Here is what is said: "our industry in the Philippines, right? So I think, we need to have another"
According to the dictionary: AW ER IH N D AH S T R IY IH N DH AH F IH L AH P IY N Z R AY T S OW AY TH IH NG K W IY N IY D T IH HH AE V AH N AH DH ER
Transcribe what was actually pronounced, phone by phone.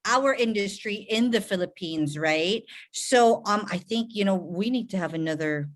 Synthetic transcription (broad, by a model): AW ER IH N D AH S T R IY IH N DH AH F IH L AH P IY N Z R AY T S OW AY TH IH NG K W IY N IY D T IH V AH N AH DH ER